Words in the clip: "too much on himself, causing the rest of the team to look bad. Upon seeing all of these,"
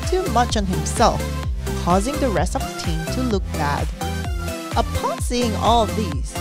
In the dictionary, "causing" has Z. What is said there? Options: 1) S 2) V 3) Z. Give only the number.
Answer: 3